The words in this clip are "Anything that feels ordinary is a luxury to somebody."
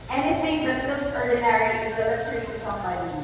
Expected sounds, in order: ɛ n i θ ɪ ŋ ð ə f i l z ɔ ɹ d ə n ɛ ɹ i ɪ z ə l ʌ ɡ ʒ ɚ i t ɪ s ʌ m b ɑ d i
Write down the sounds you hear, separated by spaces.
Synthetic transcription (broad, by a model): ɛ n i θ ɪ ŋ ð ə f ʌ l s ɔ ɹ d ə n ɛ ɹ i ɪ z ə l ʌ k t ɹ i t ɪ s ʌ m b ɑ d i